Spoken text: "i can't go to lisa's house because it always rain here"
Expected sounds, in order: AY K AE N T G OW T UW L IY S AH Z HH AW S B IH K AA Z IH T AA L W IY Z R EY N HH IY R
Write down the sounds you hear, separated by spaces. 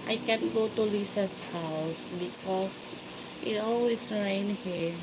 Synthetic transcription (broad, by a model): AY K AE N G OW T UW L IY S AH S HH AW S B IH K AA S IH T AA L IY S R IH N HH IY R